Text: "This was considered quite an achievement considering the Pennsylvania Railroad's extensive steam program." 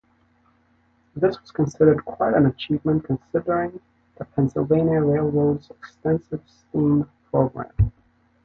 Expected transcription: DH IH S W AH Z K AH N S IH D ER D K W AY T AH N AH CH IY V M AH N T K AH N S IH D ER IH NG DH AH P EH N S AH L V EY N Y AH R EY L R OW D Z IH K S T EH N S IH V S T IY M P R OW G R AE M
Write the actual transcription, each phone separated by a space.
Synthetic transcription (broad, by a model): DH IH S W AH Z K AH N S IH D ER D K W AY T AH N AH CH IY V M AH N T K AH N S IH D ER IH NG DH AH P EH N S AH L V EY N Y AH R EY L R OW D Z IH K S T EH N S IH V S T IY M P R OW G R AE M